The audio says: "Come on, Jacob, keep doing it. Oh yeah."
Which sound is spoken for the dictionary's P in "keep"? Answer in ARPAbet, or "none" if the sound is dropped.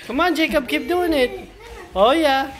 B